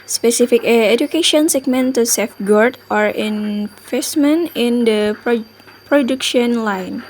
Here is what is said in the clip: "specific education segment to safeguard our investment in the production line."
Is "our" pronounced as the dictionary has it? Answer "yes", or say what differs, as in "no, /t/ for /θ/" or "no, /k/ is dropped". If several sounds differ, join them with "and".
yes